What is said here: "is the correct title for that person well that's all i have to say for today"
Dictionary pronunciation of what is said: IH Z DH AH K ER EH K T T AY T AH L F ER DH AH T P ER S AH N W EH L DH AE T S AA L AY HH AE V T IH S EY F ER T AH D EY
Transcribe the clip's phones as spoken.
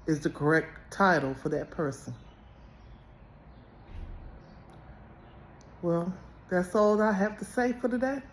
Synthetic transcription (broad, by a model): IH Z DH AH K ER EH K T T AY T L F ER DH AH T P ER S AH N W EH L DH AE T S AA L AY HH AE F T IH S EY F ER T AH D EY